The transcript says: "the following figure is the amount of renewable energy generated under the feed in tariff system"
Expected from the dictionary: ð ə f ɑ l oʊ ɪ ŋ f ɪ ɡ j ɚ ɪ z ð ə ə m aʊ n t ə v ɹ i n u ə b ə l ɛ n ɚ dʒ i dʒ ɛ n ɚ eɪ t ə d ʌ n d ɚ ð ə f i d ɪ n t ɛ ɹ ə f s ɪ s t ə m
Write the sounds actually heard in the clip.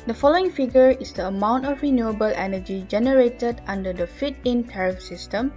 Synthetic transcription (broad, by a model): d ə f ɑ l oʊ ɪ ŋ f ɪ ɡ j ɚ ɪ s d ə ə m aʊ n t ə f ɹ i n u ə b ə l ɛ n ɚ dʒ i dʒ ɛ n ɚ eɪ t ə d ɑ n d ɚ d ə f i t ɪ n t ɛ ɹ ə f s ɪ s t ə m